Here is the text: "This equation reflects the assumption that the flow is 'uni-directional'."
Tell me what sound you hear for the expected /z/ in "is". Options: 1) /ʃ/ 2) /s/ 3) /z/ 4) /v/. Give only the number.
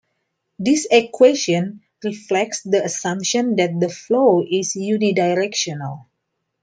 2